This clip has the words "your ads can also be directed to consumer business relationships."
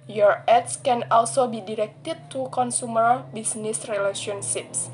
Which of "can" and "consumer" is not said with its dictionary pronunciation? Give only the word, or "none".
none